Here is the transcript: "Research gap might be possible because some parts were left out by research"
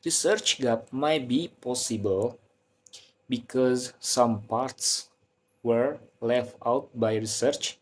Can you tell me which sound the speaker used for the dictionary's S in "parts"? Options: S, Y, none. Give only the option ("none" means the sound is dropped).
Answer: S